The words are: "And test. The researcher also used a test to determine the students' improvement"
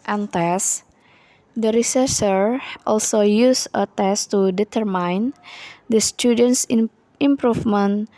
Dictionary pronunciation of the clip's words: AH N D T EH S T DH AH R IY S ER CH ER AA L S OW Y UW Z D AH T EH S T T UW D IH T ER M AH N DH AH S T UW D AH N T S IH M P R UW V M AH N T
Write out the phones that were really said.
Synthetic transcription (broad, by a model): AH N T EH S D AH R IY S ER S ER AA L S OW Y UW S AH T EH S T T UW D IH T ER M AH N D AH S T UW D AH N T S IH M P R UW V M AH N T